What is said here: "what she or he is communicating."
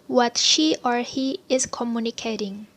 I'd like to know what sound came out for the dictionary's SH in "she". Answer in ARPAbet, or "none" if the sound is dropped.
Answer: SH